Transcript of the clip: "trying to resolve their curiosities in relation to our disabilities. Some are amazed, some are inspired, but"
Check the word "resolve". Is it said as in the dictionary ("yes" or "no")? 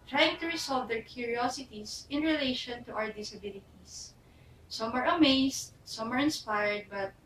no